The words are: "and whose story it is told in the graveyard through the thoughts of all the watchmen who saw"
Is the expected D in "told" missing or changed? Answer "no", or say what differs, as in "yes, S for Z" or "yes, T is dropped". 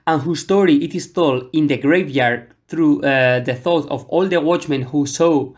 yes, D is dropped